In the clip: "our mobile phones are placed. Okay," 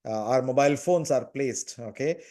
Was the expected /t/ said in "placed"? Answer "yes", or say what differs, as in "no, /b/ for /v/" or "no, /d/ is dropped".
yes